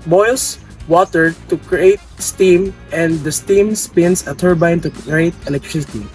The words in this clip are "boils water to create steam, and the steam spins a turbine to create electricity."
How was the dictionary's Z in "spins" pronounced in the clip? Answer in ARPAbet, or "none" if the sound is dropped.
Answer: S